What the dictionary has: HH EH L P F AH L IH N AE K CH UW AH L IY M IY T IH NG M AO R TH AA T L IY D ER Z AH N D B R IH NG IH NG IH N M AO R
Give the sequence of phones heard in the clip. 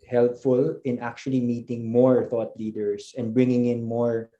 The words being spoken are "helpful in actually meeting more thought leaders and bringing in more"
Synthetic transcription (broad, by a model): HH EH L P F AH L IH N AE K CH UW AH L IY M IY T IH NG M AO R TH AA T L IY D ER S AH N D B R IH NG IH NG IH N M AO R